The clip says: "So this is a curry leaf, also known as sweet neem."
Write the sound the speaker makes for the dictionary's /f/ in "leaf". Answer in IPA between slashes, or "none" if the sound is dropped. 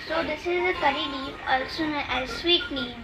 none